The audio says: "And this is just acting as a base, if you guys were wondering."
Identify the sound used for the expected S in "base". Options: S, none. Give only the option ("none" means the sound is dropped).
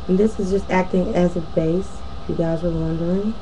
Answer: none